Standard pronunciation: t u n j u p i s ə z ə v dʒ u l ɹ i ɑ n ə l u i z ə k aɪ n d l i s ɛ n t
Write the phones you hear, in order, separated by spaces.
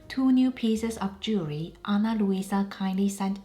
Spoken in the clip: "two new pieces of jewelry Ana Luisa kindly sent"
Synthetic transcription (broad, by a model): t u n j u p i s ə s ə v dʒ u ɹ i ɑ n ə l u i s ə k aɪ n d l i s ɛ n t